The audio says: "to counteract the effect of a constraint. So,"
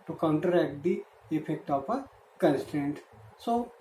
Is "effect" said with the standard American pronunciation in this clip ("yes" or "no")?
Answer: no